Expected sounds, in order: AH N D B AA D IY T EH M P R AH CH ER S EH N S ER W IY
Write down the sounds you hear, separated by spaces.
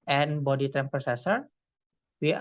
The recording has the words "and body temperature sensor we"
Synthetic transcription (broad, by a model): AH N B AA D IY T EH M P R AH S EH S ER W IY